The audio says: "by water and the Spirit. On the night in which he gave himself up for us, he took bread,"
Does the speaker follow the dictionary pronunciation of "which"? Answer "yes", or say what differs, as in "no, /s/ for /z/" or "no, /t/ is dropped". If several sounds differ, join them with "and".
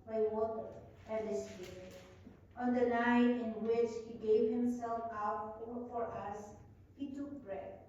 yes